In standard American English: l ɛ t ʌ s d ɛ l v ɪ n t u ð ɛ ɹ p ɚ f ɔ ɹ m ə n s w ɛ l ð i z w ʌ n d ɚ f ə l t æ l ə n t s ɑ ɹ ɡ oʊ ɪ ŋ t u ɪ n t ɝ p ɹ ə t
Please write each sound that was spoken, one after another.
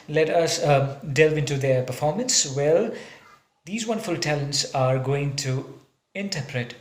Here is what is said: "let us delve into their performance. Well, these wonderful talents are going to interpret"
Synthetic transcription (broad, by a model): l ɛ t ʌ s d ɛ l v ɪ n t u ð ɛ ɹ p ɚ f ɔ ɹ m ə n s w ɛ l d i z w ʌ n d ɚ f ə l t æ l ə n t s ɑ ɹ ɡ oʊ ɪ ŋ t u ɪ n t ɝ p ɹ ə t